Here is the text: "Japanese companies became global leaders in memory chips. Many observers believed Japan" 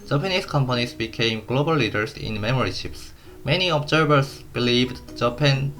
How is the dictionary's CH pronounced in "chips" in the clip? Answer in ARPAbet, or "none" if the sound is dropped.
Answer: SH